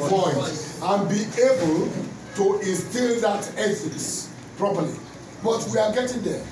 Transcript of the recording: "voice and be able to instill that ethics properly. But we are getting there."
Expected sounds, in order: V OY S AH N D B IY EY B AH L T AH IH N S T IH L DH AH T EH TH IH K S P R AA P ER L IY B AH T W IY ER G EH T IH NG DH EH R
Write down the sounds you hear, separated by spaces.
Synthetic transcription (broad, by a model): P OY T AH N B IY EY B AH L T AH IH N S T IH L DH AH T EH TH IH S P R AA P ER L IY B AH T W IY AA G EH T IH NG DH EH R